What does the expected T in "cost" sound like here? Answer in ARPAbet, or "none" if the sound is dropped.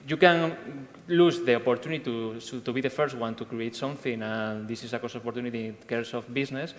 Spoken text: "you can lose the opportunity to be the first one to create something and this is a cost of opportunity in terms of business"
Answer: none